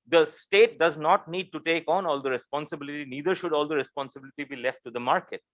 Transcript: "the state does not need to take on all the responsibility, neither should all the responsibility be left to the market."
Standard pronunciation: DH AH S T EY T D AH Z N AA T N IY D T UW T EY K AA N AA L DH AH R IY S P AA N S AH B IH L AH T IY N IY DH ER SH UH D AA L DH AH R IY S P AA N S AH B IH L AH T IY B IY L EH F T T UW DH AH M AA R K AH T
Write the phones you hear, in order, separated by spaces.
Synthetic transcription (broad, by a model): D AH S T EY T D AH Z N AA T N IY D T UW T EY K AA N AA L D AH R IY S P AA N S AH B IH L AH T IY N IY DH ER SH UH D AA L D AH R IY S P AA N S AH B IH L AH T IY B IY L EH F T T UW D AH M AA R K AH T